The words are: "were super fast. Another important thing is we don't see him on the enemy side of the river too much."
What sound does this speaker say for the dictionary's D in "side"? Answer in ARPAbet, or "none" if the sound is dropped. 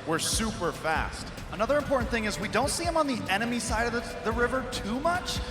D